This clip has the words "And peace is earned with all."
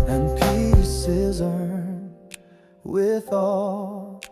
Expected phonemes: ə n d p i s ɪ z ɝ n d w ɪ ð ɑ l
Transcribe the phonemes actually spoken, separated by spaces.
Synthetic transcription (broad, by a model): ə n p i s ɪ z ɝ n w ɪ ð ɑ l